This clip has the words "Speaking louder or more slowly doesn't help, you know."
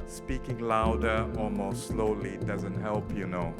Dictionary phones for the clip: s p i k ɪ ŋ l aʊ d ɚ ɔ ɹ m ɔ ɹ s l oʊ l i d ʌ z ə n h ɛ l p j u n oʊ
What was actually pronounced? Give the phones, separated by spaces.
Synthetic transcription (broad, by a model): s p i k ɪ ŋ l aʊ d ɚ ɔ l m ɔ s s l oʊ l i d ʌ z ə n h ɛ l p j u n oʊ